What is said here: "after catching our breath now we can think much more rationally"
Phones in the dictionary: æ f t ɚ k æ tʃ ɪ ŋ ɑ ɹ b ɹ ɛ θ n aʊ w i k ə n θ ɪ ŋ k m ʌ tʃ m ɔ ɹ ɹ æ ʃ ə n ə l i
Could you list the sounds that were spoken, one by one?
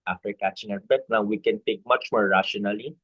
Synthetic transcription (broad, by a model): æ f t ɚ k æ tʃ ɪ ŋ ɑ b ɛ t n aʊ w i k ə n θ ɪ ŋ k m ʌ tʃ m ɔ ɹ ɹ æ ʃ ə n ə l i